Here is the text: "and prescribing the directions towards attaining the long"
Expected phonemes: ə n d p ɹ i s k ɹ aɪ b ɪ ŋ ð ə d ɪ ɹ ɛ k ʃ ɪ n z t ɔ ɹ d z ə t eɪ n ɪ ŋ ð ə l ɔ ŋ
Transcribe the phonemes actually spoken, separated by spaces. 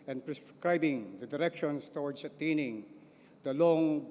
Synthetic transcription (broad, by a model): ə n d p ɹ i s k ɹ aɪ b ɪ ŋ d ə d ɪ ɹ ɛ k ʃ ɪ n s t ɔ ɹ d s ə t eɪ n ɪ ŋ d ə l ɔ ŋ